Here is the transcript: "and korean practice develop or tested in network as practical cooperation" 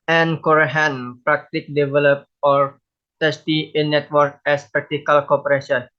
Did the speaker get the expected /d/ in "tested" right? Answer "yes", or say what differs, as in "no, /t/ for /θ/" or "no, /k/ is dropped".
no, /d/ is dropped